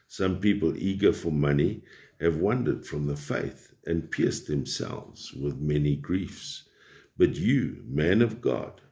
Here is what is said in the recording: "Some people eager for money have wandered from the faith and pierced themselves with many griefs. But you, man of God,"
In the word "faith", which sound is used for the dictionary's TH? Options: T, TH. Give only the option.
TH